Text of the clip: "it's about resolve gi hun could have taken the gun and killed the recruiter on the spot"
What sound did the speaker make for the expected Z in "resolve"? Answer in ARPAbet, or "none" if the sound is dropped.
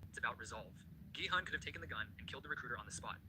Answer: Z